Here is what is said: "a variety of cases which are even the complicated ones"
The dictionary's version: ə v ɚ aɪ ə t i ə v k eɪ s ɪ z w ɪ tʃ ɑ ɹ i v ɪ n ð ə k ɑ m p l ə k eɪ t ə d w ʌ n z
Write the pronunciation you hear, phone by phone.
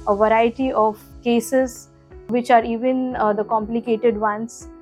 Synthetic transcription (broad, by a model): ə v ɚ aɪ ə t i ə v k eɪ s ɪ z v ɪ tʃ ɑ ɹ i v ɪ n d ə k ɑ m p l ə k eɪ t ə d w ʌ n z